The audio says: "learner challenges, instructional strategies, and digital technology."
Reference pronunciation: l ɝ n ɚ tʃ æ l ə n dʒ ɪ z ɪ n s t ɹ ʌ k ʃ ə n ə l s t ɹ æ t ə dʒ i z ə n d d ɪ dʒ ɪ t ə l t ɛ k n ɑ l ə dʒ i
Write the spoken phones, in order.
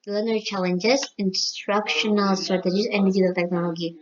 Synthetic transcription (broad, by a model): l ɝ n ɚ tʃ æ l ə n dʒ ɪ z ɪ n s t ɹ ʌ k ʃ ə n ə l s t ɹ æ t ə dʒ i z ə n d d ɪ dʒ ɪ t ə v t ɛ k n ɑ l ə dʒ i